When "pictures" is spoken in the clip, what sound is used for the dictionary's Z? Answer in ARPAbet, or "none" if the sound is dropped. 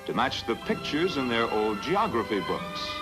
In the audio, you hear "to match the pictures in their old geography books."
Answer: Z